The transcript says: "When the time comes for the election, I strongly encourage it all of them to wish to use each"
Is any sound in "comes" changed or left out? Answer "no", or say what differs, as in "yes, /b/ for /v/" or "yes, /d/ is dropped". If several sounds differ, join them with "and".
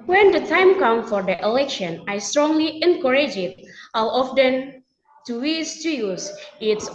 yes, /z/ is dropped